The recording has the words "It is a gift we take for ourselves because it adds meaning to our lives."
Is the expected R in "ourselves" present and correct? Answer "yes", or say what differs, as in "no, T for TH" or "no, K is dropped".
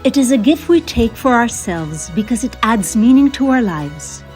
yes